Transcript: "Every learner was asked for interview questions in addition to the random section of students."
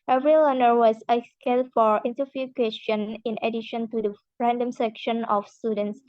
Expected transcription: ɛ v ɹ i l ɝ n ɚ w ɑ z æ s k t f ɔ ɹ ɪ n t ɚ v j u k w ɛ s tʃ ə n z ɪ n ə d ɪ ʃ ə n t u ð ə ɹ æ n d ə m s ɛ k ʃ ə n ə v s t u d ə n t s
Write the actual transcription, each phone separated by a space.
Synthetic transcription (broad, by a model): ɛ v ɹ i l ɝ n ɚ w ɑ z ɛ s k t f ɔ ɹ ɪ n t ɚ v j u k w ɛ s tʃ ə n ɪ n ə d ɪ ʃ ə n t u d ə ɹ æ n d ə m s ɛ k ʃ ə n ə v s t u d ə n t s